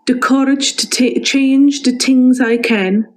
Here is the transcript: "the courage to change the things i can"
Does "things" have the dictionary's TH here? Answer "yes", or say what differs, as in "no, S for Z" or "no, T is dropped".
no, T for TH